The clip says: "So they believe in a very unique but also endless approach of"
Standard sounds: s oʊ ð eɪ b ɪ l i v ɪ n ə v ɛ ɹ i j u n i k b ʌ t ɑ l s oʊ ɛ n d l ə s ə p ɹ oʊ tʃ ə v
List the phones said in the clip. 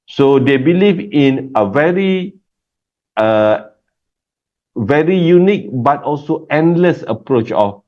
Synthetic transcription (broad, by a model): s oʊ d eɪ b ɪ l i v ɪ n ə v ɛ ɹ i j u n i k b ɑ t ɑ l s oʊ ɛ n d l ə s ə p ɹ oʊ tʃ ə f